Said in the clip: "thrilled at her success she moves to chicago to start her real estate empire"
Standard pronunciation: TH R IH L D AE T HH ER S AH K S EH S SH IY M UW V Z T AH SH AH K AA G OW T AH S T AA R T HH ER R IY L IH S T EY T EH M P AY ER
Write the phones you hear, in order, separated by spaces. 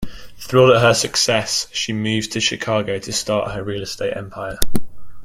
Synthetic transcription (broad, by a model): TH R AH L AH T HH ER S AH K S EH S SH IY M UW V T AH SH AH K AA G OW T AH S T AA T HH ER R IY L IH S T EY T EH M P AY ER